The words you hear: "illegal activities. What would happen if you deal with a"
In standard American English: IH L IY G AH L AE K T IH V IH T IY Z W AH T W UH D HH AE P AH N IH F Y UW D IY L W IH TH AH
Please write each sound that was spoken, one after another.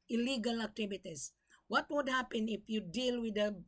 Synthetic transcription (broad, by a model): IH L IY G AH L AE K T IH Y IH T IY S W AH T W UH D HH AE P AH N IH F Y UW D IY L W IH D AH